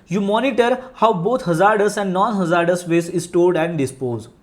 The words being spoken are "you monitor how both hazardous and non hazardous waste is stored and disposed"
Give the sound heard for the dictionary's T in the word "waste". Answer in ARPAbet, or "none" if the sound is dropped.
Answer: none